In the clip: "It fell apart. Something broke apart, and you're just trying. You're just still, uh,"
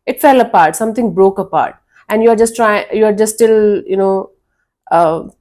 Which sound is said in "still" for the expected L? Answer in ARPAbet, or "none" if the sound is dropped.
N